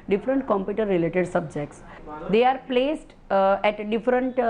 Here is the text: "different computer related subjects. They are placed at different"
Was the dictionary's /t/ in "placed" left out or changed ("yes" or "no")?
no